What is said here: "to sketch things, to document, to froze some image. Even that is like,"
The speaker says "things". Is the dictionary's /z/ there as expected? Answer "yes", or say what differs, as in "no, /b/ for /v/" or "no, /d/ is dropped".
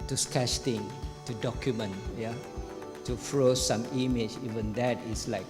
no, /z/ is dropped